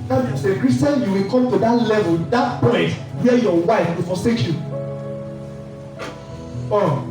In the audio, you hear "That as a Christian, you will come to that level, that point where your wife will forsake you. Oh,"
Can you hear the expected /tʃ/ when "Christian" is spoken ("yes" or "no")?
no